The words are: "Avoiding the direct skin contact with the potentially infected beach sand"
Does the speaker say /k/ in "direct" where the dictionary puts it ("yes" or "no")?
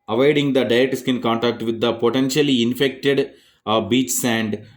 no